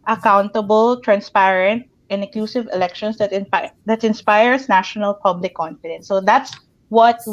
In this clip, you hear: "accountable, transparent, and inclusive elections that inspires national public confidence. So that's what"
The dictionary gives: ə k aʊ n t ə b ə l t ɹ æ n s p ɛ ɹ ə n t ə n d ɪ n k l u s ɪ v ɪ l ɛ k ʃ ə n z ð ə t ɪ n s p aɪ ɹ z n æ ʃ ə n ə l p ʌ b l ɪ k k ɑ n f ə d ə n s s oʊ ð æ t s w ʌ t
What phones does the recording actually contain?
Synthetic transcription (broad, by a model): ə k aʊ n t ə b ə l t ɹ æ n s p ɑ ɹ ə n t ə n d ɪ k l u s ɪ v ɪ l ɛ k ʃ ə n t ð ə t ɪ n s p aɪ ɹ s n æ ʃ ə n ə l p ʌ b l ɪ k k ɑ n f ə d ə n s s oʊ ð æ t s w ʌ t